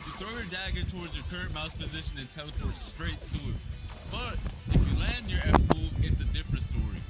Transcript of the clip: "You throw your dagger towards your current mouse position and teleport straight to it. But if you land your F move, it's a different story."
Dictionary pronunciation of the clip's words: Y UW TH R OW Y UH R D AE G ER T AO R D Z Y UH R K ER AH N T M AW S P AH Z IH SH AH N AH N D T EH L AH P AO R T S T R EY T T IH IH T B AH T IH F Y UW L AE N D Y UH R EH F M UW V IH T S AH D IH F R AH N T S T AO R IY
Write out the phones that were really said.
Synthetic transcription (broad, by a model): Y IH TH R OW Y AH R D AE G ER T AO R D Z Y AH R K ER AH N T M AW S P AH Z IH SH AH N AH N T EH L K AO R S T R EY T T IH IH T B AH T IH F Y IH L AE N D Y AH R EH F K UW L IH T S AH D IH F R AH N T S T AO R IY